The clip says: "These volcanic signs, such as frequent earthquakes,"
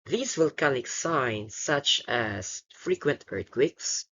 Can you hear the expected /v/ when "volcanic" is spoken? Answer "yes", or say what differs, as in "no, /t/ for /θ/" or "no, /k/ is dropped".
no, /w/ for /v/